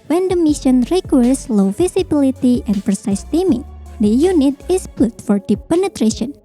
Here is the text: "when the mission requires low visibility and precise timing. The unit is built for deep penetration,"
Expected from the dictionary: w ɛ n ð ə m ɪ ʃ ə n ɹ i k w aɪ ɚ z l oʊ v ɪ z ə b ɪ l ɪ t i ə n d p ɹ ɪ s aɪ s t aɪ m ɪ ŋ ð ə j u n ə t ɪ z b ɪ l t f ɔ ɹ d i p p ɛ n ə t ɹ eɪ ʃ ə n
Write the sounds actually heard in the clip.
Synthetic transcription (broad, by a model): w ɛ n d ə m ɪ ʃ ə n ɹ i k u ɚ s l oʊ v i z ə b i l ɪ t i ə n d p ɹ ɪ s aɪ s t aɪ m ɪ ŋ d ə j u n ə t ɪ s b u t f ɔ ɹ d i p p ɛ n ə t ɹ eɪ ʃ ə n